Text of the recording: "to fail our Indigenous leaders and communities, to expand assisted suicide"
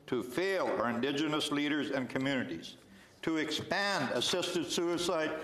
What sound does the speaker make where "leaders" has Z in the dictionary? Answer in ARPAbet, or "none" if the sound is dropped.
Z